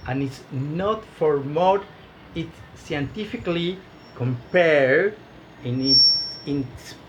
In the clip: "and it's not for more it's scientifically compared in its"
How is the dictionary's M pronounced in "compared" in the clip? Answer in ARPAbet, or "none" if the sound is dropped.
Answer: M